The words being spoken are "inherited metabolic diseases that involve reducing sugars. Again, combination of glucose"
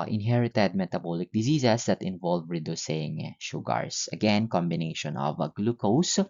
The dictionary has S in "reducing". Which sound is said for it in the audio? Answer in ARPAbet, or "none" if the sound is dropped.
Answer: S